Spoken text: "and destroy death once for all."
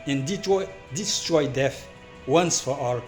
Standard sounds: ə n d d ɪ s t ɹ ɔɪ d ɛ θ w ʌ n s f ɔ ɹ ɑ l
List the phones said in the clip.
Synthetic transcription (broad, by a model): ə n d d ɪ s t ɹ ɔɪ d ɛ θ w ʌ n s f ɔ w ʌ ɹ